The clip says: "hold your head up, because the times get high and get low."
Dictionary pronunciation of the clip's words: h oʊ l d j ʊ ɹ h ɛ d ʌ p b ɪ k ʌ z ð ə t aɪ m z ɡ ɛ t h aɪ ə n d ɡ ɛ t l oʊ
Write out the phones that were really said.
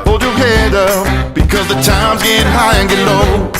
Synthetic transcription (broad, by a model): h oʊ l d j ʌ ɹ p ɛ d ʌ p b ɪ k ʌ z ð ə t aɪ m z ɡ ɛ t h aɪ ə n ɡ ɛ t l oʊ